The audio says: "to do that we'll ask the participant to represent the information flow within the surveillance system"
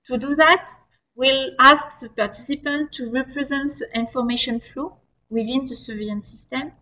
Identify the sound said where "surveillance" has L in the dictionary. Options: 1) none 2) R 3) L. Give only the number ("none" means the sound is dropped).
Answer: 1